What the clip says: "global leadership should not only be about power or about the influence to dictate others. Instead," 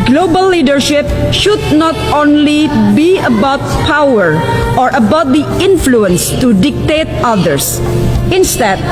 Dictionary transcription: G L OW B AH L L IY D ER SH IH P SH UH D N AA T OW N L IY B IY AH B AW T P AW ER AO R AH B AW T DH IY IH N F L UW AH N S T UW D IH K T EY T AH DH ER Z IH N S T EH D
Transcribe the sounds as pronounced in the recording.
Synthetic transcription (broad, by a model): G L OW B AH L L IY D ER SH IH P SH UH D N AA T OW N L IY B IY AH B AW T P AW ER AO R AH B AW T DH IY IH N F L UW AH N S T UW D IH K T EY T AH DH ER S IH N S T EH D